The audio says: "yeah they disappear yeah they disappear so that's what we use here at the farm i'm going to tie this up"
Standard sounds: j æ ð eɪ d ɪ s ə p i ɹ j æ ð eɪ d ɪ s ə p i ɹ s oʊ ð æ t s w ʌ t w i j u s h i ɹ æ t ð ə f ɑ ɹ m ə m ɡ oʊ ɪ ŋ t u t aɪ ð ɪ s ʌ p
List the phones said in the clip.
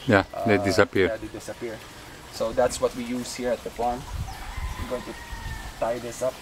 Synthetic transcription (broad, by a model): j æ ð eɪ d ɪ s ə p i ɹ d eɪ d ɪ s ə p i ɹ s oʊ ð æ t s w ʌ t w i j u s h i ɹ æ t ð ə p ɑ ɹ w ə ɡ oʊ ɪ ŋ t u t aɪ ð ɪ s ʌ p